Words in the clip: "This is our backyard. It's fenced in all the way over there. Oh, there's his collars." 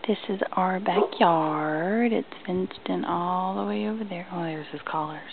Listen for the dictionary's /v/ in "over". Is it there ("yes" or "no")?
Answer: yes